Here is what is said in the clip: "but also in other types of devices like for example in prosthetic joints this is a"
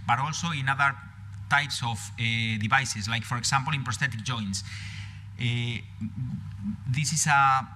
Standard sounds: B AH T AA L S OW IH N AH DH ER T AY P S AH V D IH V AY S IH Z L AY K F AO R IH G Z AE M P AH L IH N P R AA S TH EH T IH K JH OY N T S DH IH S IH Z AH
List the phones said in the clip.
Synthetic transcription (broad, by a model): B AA T AA L S OW IH N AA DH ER T AY P S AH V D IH B AY S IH S L AY K F AO R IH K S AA M P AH L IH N P R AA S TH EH T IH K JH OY N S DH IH S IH S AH